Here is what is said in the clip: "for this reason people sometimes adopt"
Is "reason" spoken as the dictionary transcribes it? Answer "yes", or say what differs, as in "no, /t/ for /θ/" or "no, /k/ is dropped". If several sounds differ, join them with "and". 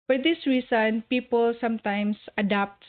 no, /s/ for /z/